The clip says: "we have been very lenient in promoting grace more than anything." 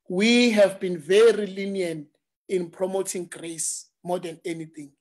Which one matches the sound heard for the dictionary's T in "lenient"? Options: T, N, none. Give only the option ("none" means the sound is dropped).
none